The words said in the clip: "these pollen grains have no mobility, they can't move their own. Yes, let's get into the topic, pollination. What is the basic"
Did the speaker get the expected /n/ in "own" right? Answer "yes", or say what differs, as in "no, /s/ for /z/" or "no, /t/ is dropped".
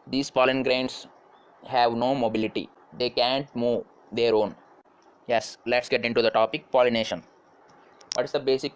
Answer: yes